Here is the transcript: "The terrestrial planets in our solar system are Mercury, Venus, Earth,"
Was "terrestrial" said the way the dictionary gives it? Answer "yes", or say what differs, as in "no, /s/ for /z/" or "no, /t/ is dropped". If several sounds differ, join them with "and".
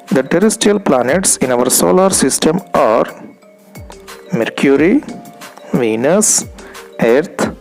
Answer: no, /ɹ/ is dropped